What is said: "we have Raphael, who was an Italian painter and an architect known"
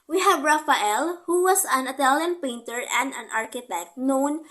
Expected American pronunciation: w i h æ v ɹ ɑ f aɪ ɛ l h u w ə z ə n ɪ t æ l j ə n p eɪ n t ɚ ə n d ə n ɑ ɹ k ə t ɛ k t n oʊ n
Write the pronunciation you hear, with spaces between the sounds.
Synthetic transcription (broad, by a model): w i h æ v ɹ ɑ f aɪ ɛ l h u w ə s ə n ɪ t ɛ l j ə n p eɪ n t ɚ ə n d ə n ɑ ɹ k ə t ɛ k t n oʊ n